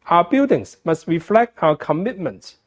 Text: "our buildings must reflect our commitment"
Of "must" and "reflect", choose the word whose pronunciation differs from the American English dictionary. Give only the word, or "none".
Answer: none